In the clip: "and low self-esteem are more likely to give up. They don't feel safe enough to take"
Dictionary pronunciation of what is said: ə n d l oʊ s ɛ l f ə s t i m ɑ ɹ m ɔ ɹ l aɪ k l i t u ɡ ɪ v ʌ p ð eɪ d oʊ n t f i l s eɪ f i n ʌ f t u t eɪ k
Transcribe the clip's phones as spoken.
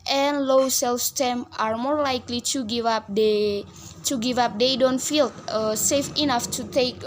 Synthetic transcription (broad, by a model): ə n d l oʊ s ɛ l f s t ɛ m ɑ ɹ m ɔ ɹ l aɪ k l i t u ɡ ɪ v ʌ p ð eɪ d oʊ n t f i l s eɪ f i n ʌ f t u t eɪ k